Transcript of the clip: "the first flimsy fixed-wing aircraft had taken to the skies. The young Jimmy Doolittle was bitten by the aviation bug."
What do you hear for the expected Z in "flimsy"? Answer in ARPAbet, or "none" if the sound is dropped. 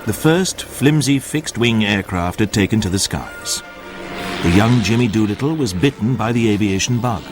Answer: Z